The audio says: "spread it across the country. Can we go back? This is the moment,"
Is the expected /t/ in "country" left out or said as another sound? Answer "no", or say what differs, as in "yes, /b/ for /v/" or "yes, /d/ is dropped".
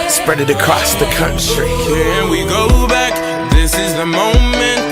yes, /s/ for /t/